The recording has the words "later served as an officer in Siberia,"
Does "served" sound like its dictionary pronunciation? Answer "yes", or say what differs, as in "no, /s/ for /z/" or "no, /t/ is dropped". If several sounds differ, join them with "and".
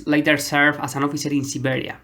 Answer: no, /d/ is dropped